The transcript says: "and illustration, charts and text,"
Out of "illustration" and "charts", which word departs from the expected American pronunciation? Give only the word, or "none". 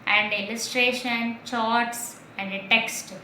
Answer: none